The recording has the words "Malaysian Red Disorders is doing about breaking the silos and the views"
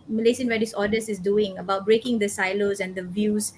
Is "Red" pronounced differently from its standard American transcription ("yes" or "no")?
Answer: yes